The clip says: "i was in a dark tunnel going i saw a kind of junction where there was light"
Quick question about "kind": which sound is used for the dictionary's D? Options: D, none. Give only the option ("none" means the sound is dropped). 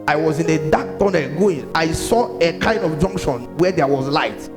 D